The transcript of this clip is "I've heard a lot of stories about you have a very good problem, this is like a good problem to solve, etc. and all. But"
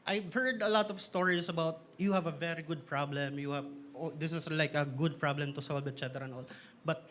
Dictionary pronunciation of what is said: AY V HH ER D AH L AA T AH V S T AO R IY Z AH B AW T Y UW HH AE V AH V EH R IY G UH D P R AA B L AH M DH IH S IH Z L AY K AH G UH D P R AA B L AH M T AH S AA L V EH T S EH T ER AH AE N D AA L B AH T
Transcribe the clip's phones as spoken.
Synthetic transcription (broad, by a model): AY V HH ER D AH L AA T AH V S T AO R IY S AH B AW T Y UW HH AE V AH V EH R IY G UH D P R AA B L AH M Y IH S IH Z L AY K AH G UH D P R AA B L AH M T AH S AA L B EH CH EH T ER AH N AA L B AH T